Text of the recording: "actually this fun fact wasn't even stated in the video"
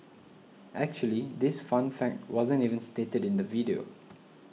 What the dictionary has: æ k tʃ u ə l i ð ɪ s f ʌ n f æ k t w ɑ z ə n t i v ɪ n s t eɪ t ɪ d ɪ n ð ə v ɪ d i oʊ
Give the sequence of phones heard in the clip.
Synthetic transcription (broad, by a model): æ k tʃ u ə l i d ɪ s f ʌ n f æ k t w ɑ z ə n t i v ɪ n s t eɪ t ɪ d ɪ n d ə v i d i oʊ